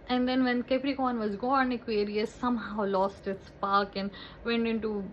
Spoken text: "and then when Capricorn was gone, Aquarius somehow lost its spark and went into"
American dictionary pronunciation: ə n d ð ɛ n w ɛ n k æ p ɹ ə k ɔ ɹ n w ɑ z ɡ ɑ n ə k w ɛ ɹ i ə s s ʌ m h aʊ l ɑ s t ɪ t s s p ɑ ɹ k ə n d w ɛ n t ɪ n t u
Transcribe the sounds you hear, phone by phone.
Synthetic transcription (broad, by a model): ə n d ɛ n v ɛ n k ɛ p ɹ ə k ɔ n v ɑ z ɡ ɑ n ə k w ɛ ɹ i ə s s ʌ m h aʊ l ɑ s t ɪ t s s p ɑ ɹ k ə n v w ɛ n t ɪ n t u